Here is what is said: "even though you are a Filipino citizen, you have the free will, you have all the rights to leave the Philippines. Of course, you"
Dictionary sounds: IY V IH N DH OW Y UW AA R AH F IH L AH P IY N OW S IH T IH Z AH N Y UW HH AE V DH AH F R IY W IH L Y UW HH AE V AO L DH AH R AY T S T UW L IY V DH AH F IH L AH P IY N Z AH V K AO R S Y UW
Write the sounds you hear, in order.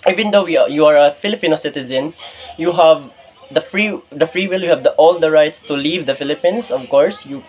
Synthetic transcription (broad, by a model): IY V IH N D OW Y UW AA R AH F IH L AH P IY N OW S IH T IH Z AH N Y UW HH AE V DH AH F R IY W IH L Y UW HH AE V AO L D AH R AY T S T UW L IY V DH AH F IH L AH P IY N S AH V K AO R S Y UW